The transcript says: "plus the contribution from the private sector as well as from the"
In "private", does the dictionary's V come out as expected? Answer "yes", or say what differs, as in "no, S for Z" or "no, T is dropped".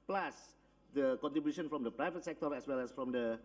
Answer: yes